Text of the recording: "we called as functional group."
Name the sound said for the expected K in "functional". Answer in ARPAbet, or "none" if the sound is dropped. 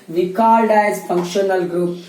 K